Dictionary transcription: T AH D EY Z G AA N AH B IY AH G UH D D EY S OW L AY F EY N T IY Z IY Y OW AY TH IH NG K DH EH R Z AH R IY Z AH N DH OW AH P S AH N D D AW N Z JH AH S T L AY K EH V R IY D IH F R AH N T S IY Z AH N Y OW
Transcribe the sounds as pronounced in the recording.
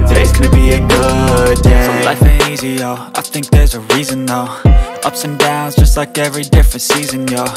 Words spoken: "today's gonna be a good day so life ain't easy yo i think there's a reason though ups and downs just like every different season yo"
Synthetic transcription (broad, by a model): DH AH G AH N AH B IY AH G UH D D EY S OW L AY F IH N IY Z IY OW AY TH IH NG K DH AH R Z AH R IY Z AH N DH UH AH P S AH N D D AW N Z JH AH S T L AY K EH V R IY D IH F R AH N T S IY Z AH N Y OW